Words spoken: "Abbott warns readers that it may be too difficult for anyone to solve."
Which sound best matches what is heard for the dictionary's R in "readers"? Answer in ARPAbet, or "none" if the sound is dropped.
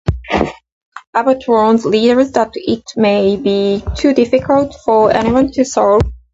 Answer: L